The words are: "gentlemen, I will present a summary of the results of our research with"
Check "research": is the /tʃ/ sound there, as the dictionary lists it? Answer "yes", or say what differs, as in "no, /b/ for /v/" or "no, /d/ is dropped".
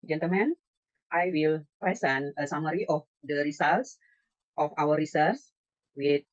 no, /s/ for /tʃ/